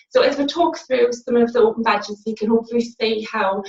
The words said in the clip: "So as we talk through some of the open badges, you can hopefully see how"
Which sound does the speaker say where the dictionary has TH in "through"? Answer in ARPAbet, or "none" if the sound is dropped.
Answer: TH